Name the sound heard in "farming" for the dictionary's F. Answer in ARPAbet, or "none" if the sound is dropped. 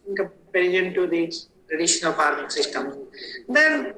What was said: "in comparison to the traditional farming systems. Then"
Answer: P